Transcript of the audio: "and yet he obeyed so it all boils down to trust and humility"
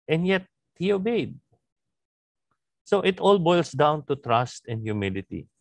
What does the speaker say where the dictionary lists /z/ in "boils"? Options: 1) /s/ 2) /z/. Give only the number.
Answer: 1